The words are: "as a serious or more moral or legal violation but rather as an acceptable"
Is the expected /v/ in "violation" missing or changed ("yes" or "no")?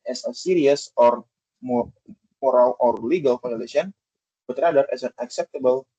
yes